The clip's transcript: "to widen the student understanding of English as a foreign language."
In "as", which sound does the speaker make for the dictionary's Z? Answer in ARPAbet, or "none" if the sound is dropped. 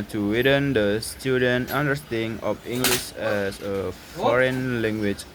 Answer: S